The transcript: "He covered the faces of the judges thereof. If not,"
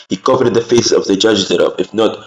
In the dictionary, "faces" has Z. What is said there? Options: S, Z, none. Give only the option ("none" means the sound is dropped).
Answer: S